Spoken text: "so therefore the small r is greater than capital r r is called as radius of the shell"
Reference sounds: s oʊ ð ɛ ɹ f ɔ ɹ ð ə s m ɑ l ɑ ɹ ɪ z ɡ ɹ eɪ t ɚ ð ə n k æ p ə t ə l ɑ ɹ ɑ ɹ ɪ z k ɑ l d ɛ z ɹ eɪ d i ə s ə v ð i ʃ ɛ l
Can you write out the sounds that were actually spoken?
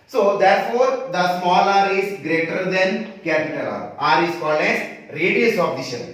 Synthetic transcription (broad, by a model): s oʊ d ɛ ɹ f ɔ ɹ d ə s m ɑ l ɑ ɹ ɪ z ɡ ɹ eɪ t ɚ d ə n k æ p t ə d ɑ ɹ ɑ ɹ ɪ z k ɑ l ɛ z ɹ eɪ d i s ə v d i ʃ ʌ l